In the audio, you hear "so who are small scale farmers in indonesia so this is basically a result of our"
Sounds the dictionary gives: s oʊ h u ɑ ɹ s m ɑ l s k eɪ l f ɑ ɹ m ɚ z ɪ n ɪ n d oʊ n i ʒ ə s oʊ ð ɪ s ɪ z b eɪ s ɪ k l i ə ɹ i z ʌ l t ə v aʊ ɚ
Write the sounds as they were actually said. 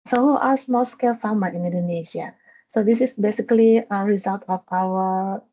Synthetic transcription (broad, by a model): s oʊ h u ɑ ɹ s m ɑ l s k eɪ l f ɑ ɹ m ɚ ɪ n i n d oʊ n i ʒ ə s oʊ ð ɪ s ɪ s b eɪ s ɪ k l i ə ɹ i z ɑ l t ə f aʊ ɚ